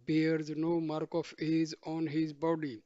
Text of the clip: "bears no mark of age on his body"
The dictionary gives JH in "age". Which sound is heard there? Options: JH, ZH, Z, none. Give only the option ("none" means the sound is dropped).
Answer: Z